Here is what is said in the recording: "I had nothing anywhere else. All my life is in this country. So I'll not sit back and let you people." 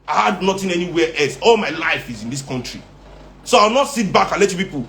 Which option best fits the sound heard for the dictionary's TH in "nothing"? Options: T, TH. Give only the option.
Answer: T